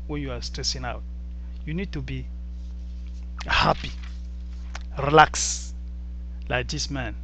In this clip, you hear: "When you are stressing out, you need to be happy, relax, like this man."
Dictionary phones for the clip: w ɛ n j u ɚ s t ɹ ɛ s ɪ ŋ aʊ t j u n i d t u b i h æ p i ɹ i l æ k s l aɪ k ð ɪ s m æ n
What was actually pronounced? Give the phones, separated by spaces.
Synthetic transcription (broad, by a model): w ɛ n j u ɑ s t ɹ ɛ s ɪ ŋ aʊ t j u n i d t u b i h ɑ p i ɹ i l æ k s l aɪ k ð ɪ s m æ n